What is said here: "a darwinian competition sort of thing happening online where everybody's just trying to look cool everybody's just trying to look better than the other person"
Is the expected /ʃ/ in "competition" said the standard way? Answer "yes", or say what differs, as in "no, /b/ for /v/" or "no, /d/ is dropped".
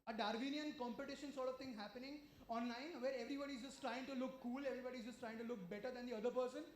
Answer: yes